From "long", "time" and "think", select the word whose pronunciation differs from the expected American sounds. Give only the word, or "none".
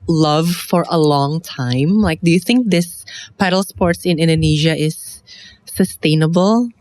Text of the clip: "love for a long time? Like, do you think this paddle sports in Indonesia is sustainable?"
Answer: none